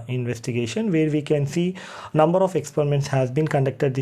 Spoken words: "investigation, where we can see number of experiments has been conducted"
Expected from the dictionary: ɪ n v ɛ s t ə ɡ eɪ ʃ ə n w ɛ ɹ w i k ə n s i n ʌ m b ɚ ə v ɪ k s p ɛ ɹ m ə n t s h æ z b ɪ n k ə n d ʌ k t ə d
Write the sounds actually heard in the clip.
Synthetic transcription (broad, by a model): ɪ n v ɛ s t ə ɡ eɪ ʃ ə n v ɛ ɹ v i k ə n s i n ʌ m b ɚ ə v ɪ k s p ɛ ɹ m ə n t s h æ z b ɪ n k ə n d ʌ k t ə d